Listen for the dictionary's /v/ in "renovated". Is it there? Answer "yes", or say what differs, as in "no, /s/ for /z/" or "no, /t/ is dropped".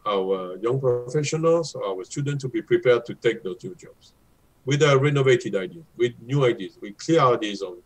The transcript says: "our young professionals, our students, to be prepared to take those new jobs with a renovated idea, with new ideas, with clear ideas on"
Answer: yes